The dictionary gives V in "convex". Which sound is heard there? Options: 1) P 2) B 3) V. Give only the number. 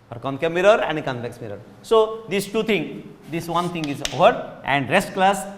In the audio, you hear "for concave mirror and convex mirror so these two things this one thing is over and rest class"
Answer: 1